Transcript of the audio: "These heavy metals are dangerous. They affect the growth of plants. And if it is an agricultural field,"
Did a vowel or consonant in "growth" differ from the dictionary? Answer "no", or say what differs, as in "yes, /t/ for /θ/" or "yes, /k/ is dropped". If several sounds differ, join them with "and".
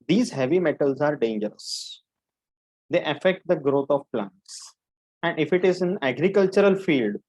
yes, /t/ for /θ/